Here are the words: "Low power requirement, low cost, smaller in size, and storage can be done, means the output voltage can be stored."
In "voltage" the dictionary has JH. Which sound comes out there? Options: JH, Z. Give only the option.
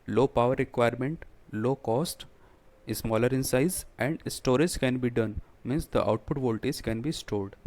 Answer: Z